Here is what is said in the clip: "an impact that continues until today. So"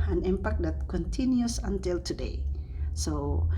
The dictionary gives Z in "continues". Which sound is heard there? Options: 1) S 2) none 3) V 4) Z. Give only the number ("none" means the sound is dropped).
1